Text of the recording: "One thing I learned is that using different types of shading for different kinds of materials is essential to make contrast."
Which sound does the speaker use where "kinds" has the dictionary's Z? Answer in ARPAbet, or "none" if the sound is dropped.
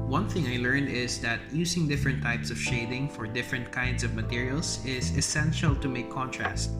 S